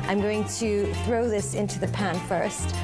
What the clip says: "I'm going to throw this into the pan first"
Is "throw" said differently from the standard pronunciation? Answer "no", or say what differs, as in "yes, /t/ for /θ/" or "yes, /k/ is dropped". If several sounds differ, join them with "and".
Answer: no